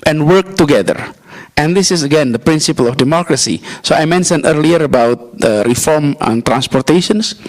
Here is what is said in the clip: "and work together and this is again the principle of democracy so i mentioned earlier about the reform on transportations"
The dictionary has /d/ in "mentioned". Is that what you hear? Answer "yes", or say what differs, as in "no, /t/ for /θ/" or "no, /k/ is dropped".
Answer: no, /d/ is dropped